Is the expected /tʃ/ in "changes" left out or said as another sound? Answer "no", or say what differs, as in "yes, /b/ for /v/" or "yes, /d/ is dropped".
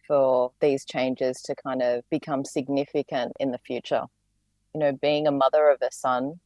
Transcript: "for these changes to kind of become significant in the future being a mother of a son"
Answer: no